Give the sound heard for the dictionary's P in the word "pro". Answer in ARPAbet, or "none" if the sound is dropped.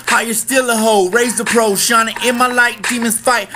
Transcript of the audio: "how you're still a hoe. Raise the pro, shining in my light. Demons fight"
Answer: P